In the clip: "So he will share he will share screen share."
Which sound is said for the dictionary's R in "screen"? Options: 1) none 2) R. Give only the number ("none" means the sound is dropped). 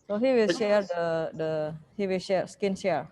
1